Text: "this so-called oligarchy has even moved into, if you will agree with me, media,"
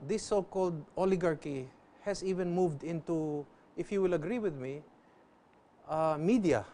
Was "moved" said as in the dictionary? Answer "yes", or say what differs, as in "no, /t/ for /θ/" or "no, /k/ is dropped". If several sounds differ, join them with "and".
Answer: yes